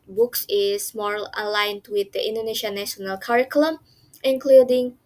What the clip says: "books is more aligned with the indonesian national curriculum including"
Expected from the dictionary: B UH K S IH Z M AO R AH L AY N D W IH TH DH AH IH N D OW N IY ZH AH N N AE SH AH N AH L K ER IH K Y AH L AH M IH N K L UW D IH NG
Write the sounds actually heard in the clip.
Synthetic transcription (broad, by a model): B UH K S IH S M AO L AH L AY N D W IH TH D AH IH N D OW N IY SH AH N N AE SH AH N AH L K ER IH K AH L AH M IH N K L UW D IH NG